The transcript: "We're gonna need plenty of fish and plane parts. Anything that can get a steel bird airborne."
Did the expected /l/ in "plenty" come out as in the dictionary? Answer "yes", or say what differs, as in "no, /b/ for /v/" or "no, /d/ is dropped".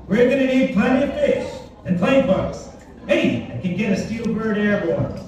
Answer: no, /l/ is dropped